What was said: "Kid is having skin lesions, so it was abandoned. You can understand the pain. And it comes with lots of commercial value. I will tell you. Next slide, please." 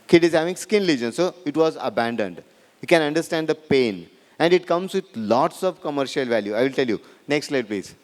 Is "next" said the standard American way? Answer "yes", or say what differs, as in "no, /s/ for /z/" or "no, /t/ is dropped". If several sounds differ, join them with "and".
yes